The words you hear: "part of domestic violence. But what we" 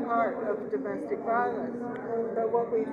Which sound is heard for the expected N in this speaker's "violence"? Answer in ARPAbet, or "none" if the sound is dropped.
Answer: none